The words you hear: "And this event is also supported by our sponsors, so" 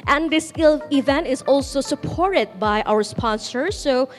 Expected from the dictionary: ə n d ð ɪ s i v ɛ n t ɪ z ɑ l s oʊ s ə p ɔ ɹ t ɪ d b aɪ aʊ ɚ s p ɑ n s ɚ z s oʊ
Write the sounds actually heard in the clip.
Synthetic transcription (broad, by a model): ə n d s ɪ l i v ɛ n t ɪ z ɑ l s oʊ s ə p ɔ ɹ t ɪ d b aɪ aʊ ɚ s p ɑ n s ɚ s oʊ